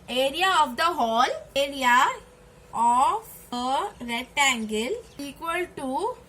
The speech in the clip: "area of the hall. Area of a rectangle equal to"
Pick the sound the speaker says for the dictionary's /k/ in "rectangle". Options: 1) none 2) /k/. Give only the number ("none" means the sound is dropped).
1